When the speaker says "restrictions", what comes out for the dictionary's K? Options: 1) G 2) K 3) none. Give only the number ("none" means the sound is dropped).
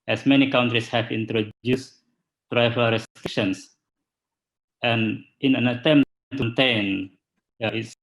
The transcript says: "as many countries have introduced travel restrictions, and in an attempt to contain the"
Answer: 3